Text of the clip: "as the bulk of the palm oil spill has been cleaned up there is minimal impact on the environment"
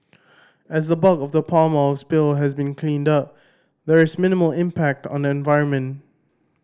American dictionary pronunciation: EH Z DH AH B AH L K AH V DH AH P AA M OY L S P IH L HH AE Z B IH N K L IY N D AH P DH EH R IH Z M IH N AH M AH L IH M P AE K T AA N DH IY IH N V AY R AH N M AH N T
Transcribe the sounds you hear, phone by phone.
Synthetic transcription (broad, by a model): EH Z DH AH B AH K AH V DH AH P AA M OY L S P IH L HH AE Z B IH N K L IY N D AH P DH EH R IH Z M IH N AH M AH L IH M P AE K T AA N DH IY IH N V AY R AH N M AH N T